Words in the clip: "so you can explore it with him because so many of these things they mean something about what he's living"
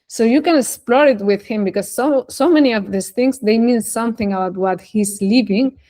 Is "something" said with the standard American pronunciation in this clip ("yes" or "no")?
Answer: yes